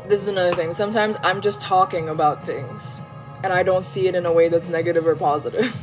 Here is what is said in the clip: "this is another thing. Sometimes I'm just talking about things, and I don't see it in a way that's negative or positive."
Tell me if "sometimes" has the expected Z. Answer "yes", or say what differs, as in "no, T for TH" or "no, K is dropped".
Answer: yes